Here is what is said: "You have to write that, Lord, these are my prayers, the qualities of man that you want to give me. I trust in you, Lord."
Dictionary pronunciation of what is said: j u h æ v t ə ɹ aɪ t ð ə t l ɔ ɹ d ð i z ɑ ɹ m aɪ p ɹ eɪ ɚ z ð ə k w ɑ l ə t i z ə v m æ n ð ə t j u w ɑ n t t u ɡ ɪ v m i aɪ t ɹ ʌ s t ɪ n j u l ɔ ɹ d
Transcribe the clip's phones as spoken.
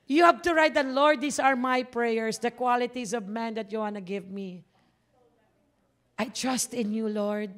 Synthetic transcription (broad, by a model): j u h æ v t ə ɹ aɪ t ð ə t l ɔ ɹ d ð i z ɑ ɹ m aɪ p ɹ eɪ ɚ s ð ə k w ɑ l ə t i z ə v m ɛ n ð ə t j u w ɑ n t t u ɡ ɪ v m i aɪ t ɹ ʌ s t ɪ n j u l ɔ ɹ d